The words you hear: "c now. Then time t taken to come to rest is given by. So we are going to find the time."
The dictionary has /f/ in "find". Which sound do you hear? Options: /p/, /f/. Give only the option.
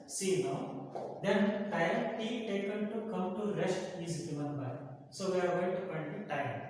/p/